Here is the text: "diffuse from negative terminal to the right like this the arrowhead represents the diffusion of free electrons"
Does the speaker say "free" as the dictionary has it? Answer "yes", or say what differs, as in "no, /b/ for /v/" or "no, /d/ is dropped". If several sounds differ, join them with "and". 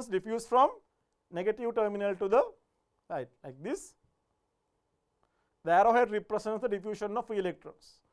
no, /ɹ/ is dropped